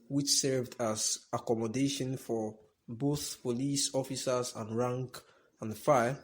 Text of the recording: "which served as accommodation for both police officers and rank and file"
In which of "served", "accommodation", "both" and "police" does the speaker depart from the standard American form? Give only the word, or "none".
none